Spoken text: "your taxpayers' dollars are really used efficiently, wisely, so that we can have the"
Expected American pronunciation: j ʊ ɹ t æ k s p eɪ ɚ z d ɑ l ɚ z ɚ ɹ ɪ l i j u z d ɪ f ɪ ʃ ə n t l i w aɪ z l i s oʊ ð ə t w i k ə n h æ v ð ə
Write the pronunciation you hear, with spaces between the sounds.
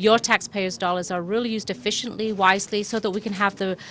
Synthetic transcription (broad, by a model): j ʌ ɹ t æ k s p eɪ ɚ z d ɑ l ɚ z ɚ ɹ ɪ l i j u z d ɪ f ɪ ʃ ə n t l i w aɪ z l i s oʊ ð ə t w i k ə n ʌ v ð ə